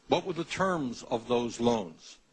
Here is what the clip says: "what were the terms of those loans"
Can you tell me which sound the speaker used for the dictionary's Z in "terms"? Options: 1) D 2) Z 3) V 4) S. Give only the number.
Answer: 2